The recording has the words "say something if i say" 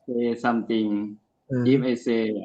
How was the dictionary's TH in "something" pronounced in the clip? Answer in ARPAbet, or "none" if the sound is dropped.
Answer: T